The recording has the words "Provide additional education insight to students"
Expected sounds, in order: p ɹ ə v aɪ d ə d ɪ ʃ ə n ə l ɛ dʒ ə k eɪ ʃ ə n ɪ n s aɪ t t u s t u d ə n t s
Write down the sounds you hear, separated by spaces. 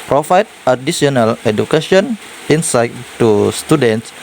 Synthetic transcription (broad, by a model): p ɹ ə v aɪ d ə d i s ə n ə l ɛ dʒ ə k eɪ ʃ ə n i n s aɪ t t u s t u d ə n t s